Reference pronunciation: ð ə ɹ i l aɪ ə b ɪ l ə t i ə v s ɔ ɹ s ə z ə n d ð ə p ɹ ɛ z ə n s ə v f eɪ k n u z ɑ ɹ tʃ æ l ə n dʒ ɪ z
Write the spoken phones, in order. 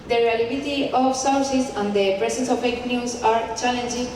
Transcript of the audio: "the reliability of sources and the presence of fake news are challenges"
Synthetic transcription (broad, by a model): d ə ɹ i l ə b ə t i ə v s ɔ w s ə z ə n d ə p ɹ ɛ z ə n s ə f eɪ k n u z ɑ ɹ tʃ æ l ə n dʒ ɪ